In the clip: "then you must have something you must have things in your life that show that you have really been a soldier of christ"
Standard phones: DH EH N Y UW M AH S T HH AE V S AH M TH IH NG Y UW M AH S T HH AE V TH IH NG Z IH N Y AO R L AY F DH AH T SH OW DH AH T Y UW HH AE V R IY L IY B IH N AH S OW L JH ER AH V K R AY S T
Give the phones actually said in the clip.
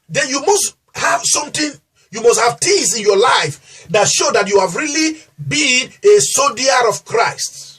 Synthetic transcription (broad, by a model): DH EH N Y UW M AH S T HH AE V S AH M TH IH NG Y UW M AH S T HH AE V T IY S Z IH N Y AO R L AY F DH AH T SH OW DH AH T Y UW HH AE V R IY L IY B IH N AH S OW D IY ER AH V K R AY S T